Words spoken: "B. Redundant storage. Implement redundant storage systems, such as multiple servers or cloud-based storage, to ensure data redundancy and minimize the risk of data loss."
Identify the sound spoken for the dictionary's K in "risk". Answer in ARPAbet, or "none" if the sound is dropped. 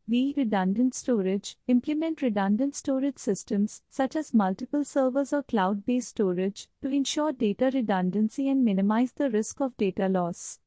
K